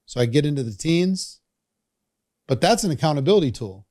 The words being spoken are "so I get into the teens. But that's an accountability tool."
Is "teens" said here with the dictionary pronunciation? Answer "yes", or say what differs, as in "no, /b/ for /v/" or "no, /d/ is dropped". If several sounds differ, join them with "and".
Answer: yes